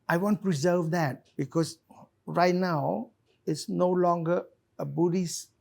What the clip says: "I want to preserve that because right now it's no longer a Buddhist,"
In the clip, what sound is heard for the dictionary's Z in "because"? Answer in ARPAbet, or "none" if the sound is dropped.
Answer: S